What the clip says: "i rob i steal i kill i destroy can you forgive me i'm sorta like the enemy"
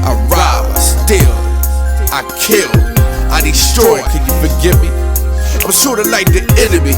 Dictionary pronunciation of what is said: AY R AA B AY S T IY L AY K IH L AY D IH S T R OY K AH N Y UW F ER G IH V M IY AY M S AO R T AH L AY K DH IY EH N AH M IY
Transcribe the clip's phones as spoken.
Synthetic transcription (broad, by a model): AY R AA AY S T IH L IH K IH L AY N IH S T OY K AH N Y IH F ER G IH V M IY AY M S AO R T AH L AY K DH IY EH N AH M IY